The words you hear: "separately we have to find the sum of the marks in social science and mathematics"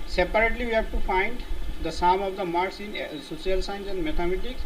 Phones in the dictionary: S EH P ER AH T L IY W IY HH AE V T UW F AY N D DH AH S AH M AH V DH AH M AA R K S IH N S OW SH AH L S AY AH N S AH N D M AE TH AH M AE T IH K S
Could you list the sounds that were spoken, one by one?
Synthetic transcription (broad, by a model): S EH P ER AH T L IY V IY HH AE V T UW F AY N D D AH S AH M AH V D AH M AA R S IH N S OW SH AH L S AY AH N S AH N D M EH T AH M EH T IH K S